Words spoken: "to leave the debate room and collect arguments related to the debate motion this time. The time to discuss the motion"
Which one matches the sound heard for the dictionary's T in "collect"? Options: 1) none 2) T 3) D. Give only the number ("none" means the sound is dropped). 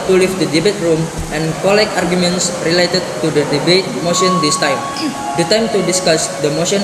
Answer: 1